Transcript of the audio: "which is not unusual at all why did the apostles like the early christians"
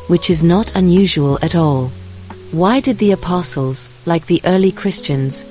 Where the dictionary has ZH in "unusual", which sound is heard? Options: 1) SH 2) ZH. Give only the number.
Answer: 2